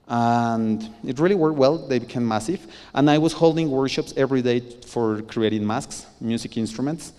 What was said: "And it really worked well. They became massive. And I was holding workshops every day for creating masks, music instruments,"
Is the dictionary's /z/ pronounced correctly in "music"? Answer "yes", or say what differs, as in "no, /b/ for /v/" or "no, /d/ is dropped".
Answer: no, /s/ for /z/